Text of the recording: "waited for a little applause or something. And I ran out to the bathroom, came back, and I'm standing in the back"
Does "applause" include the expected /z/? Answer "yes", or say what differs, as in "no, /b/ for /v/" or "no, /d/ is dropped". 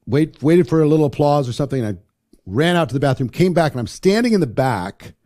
yes